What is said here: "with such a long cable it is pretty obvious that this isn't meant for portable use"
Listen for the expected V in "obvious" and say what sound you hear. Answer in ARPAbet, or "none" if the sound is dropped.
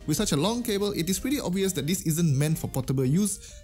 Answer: V